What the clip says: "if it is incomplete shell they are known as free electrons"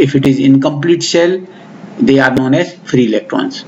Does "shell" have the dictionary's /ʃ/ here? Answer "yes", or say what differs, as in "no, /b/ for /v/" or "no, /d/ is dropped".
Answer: no, /s/ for /ʃ/